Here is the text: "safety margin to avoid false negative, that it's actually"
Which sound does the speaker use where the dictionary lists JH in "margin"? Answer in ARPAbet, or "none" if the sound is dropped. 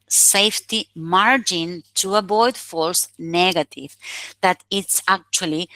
JH